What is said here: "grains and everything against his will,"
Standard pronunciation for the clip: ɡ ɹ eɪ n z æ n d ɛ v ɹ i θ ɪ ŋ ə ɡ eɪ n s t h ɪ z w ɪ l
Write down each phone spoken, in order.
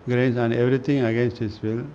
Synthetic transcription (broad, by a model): ɡ ɹ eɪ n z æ n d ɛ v ɹ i t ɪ ŋ ə ɡ eɪ n s t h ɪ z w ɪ l